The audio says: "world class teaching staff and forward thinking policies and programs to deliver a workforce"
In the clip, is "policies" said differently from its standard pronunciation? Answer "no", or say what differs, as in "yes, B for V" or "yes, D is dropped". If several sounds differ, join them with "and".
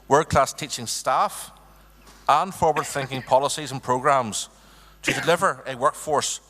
no